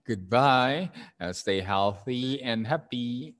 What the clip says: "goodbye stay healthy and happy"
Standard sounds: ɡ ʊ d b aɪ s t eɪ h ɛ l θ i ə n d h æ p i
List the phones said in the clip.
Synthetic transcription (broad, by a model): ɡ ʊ d b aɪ s t eɪ h ɛ l θ i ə n h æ p i